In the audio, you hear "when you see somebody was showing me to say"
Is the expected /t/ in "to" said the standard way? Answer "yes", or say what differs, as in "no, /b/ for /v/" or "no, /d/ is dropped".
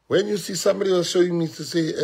no, /s/ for /t/